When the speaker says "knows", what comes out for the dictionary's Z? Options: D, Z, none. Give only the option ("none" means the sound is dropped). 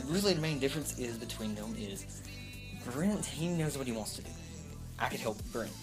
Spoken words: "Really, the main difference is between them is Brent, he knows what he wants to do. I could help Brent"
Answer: Z